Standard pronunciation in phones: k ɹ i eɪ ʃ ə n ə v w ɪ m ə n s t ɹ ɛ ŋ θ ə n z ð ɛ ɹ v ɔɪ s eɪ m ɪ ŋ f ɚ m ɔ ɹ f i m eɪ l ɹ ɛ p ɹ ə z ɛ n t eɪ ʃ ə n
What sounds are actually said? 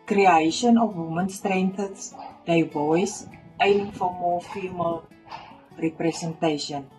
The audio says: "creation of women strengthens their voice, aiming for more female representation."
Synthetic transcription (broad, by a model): k ɹ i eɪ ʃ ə n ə f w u m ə n s t ɹ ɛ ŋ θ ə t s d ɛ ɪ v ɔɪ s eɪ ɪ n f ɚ m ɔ f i m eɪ l ɹ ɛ p ɹ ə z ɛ n t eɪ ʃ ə n